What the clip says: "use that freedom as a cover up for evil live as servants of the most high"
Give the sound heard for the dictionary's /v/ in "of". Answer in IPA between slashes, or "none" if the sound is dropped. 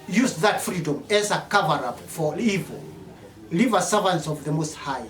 /v/